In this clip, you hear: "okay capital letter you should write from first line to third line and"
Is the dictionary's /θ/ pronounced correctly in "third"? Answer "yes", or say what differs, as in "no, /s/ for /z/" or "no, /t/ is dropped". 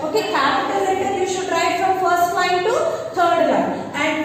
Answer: no, /t/ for /θ/